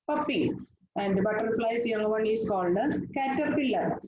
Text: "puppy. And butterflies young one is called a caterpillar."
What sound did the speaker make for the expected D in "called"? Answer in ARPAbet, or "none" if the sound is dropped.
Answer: D